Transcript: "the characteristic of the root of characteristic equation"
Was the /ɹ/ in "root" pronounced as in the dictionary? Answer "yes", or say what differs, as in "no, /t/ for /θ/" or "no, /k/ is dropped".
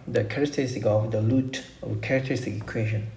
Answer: no, /l/ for /ɹ/